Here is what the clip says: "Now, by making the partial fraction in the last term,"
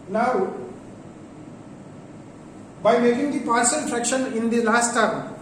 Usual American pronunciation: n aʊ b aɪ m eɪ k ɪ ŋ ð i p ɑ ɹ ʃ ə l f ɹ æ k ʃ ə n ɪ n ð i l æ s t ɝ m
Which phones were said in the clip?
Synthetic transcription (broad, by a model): n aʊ b aɪ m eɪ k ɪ ŋ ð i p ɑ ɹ s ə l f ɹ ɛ k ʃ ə n ɪ n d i l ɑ s t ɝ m